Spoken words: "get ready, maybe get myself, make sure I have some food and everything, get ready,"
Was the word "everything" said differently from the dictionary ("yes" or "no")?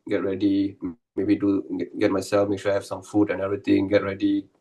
yes